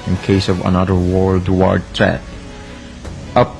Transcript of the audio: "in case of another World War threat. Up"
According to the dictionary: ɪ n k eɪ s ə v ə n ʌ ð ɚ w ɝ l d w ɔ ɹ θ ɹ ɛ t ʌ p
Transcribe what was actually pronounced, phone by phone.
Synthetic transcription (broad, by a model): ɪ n k eɪ s ə v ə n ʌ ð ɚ w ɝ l d w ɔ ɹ t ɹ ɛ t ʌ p